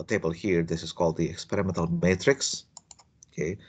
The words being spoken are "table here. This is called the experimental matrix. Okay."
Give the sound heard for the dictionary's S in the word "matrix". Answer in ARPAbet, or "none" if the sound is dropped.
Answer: S